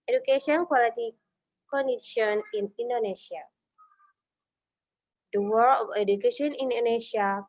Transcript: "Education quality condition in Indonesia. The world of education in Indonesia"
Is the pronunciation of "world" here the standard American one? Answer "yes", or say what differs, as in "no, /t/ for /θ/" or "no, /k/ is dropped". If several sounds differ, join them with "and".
no, /d/ is dropped